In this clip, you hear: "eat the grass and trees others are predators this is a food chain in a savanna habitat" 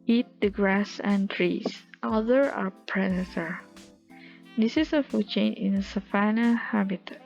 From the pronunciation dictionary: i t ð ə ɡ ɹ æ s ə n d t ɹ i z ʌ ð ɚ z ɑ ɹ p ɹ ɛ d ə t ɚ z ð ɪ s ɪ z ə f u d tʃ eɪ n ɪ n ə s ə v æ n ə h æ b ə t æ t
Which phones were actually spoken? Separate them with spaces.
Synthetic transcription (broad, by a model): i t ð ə ɡ ɹ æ s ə n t ɹ i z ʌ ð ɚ ɑ ɹ p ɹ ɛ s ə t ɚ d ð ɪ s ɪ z ə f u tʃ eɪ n ɪ n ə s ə f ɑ n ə h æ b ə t t